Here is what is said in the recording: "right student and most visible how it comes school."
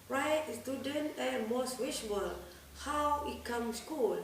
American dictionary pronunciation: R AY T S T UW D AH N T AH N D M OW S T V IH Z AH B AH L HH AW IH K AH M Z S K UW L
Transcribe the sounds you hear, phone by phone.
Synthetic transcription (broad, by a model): R AY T S T UW D AH N T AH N M OW S T W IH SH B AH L HH AW IH K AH M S K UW L